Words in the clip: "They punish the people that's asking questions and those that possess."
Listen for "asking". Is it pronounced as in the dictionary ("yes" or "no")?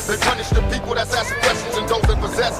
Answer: no